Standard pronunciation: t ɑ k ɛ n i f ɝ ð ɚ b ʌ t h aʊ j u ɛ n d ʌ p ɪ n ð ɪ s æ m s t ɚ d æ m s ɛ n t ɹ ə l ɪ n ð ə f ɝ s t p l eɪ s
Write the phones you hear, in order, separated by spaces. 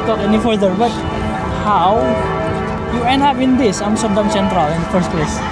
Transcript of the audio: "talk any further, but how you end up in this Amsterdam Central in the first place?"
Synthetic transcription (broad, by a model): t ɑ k ɛ n i f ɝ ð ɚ b ʌ t h aʊ j u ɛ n ɑ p ɪ n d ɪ s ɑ m s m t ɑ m s ɛ n t ɹ ə l ɪ n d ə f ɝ s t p l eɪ s